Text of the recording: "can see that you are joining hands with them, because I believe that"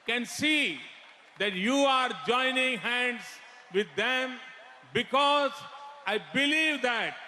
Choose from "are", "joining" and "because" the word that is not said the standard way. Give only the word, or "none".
none